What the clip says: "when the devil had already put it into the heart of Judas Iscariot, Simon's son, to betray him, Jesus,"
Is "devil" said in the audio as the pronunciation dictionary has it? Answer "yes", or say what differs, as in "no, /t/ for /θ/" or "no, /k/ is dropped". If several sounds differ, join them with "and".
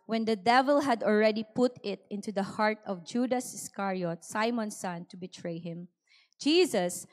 yes